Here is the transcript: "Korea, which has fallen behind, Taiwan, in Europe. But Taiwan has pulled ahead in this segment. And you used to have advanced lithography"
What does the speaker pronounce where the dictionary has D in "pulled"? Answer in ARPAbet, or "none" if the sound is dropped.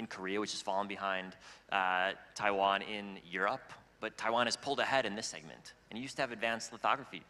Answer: D